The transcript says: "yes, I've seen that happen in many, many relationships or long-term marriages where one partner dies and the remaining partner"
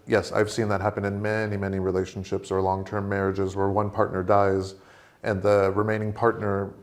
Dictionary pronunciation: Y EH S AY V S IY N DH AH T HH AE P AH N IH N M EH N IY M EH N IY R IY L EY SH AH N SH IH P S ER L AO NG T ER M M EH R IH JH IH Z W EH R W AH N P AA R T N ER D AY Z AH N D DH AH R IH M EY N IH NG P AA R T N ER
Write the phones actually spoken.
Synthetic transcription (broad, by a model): Y EH S AY V S IY N DH AH T HH AE P AH N IH N M EH N IY M EH N IY R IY L EY SH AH N SH IH P S ER L AO NG T ER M M EH R IH JH IH Z W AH R W AH N P AA R T N ER D AY Z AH N DH AH R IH M EY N IH NG P AA R T N ER